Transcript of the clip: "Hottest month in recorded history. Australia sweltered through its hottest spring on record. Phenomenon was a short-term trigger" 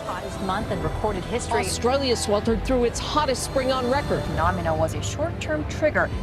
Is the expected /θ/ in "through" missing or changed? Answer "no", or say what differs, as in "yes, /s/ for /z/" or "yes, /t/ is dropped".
no